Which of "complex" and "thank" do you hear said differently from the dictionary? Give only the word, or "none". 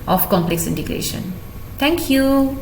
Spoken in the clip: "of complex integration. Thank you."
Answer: thank